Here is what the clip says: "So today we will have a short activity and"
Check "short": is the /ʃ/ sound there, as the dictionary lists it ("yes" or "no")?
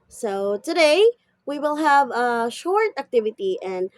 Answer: yes